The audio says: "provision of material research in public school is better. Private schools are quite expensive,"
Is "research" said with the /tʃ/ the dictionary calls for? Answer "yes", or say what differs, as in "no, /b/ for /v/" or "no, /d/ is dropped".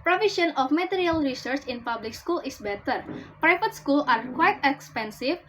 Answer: yes